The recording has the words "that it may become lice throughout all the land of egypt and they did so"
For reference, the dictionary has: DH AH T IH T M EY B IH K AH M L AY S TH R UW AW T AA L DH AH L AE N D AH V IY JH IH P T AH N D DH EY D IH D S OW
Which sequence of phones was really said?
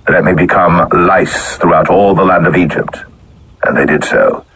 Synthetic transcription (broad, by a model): DH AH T IH T M EY B IH K AH M L AY S TH R UW AW T AA L DH AH L AE N D AH V IY JH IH P T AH N DH EY D IH D S OW